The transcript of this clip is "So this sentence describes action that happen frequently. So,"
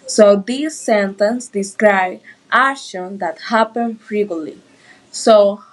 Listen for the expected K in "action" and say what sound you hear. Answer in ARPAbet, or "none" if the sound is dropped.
none